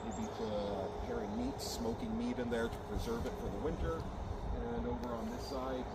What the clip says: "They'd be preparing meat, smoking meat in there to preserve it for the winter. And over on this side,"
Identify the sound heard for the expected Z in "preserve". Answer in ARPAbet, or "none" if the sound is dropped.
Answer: Z